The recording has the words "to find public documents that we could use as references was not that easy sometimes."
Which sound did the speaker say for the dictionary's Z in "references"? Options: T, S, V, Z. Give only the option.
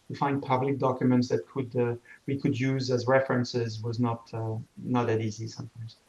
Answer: Z